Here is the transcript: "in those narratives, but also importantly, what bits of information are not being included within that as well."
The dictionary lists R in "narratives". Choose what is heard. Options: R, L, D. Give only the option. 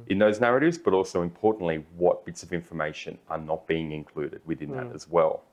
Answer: R